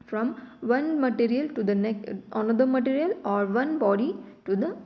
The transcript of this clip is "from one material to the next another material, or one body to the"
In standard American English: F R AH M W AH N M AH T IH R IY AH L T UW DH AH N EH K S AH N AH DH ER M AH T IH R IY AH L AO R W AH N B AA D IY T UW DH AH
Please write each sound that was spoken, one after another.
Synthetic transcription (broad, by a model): F R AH M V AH N M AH T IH R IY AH L T UW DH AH N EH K AH N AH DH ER M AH T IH R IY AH L AO R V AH N B AA D IY T UW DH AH